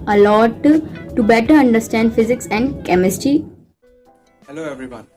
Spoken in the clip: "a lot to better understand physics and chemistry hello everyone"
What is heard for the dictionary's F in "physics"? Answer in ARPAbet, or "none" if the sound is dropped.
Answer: F